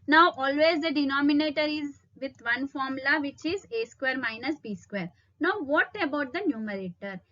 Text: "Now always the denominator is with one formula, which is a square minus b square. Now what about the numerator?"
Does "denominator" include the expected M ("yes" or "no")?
yes